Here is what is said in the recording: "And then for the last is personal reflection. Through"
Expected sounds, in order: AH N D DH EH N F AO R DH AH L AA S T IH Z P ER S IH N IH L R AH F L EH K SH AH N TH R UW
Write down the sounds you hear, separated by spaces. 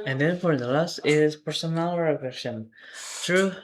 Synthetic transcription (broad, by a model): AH N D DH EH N F AO R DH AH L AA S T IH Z P ER S IH N IH L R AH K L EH SH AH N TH R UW